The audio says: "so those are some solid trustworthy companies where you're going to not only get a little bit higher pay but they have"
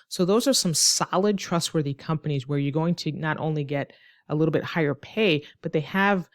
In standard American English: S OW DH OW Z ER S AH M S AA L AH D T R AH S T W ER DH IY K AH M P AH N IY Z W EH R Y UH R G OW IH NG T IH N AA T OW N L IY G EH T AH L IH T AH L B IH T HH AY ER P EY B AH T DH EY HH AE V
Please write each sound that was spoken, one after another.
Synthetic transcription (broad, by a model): S OW DH OW Z ER S AH M S AA L AH D T R AH S T W ER DH IY K AH M P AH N IY Z W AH R Y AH R G OW IH NG T IH N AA T OW N L IY G EH T AH L IH T L B IH T HH AY ER P EY B AH T DH EY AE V